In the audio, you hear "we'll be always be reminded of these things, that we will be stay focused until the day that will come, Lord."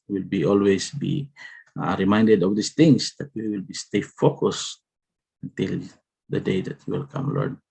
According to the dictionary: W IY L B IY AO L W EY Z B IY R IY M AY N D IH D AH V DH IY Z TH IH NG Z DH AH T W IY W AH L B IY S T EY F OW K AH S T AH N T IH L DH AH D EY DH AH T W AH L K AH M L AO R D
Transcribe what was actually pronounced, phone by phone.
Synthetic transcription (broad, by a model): W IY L B IY AO L W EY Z B IY R IY M AY N D IH D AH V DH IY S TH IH NG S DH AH T W IY W AH L B IY S T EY F OW K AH S AH N T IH L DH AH D EY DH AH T W AH L K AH M L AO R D